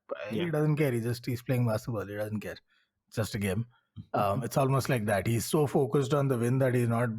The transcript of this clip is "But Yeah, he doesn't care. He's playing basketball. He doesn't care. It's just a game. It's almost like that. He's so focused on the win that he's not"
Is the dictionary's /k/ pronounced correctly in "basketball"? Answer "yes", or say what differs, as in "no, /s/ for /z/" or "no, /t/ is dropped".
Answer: no, /k/ is dropped